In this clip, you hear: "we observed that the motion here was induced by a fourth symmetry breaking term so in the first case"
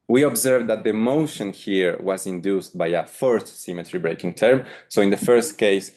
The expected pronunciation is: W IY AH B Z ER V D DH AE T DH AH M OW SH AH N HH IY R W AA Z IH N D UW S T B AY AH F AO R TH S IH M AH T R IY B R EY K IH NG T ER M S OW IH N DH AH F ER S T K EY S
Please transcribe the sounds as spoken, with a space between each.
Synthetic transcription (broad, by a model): W IY AH B Z ER V D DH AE T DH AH M OW SH AH N HH IY R W AA Z IH N D UW S T B AY AH F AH R T S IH M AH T R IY B R EY K IH NG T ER M S OW IH N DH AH F ER S T K EY S